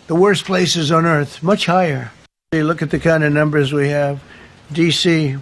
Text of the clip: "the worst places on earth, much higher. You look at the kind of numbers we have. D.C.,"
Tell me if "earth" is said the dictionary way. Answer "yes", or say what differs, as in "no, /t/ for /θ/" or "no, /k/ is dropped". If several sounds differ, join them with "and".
yes